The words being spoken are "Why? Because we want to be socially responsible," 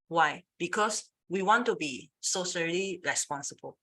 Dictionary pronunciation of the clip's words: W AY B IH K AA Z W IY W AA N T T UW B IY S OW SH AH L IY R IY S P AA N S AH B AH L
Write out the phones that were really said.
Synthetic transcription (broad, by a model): W AY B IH K AA S W IY W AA N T T UW B IY S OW S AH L IY R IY S P AA N S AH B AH L